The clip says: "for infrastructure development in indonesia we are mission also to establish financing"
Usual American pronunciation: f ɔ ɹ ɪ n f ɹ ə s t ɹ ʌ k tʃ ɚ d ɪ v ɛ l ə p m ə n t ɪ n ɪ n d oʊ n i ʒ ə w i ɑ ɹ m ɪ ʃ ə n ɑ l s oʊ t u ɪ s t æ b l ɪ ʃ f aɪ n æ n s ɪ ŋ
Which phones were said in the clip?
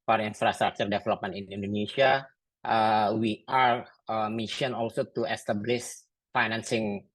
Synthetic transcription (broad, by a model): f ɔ ɹ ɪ n f ɹ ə s t ɹ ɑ k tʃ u d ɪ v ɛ l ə p m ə n ɪ n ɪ n d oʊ n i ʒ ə w i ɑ ɹ m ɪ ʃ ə n ɑ l s oʊ t u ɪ s t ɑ b l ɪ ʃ f aɪ n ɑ n s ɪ ŋ